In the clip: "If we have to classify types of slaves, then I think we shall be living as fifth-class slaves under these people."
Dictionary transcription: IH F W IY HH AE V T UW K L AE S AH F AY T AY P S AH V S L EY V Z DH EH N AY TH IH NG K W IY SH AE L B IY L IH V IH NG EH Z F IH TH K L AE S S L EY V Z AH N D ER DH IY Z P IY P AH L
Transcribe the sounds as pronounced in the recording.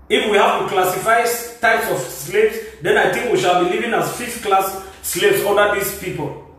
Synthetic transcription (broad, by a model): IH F W IY HH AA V T UW K L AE S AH F AY T AY P S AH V S L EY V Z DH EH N AY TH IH NG K W IY SH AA L B IY L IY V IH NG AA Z F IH F K L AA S S L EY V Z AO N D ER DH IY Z P IY P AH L